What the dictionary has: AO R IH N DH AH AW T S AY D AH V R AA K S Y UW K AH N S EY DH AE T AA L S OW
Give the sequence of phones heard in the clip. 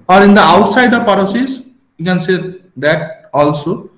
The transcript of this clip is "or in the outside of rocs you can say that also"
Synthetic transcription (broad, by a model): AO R IH N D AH AW T S AY D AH P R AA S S Y UW K AH N S EY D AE T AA L S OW